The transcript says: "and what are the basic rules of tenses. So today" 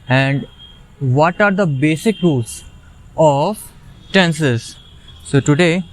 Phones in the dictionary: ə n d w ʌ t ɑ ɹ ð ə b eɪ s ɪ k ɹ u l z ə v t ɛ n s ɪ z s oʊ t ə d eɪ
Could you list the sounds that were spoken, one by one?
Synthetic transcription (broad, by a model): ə n d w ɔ t ɑ ɹ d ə b eɪ s ɪ k ɹ u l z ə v t ɛ n s ɪ z s oʊ t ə d eɪ